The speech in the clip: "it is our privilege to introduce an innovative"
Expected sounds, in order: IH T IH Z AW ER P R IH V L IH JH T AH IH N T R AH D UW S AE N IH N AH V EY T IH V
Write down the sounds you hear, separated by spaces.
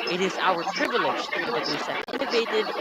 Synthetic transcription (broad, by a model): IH T IH Z AW ER P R IH V L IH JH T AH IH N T AH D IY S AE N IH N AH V EY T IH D